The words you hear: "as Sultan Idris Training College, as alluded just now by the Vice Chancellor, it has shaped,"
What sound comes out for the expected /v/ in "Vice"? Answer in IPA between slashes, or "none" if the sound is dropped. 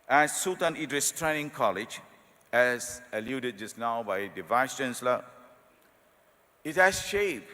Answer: /v/